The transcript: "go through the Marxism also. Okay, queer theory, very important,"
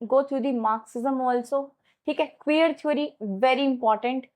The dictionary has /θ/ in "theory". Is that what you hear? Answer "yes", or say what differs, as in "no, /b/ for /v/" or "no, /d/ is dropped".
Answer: no, /t/ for /θ/